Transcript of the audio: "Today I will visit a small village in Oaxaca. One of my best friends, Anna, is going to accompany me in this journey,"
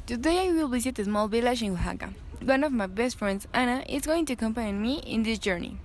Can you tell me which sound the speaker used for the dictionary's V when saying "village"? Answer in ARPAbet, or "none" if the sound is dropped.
B